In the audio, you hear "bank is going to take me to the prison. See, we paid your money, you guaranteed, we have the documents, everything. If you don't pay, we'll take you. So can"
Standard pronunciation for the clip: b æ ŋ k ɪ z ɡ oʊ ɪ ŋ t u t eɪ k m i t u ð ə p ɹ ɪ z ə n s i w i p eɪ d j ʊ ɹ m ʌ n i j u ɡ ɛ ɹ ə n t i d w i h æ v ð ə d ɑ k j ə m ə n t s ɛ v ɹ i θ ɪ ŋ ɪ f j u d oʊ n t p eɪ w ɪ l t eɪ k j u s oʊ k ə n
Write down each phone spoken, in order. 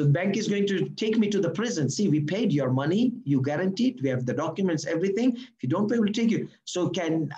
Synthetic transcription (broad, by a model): b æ ŋ k ɪ z ɡ oʊ ɪ ŋ t u t eɪ k m i t u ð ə p ɹ ɪ z ə n s i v i p eɪ d j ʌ ɹ m ʌ n i j u ɡ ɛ ɹ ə n t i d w i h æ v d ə d ɑ k j ə m ə n t s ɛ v ɹ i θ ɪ ŋ ɪ f j u d oʊ n t b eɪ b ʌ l t eɪ k j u s oʊ k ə n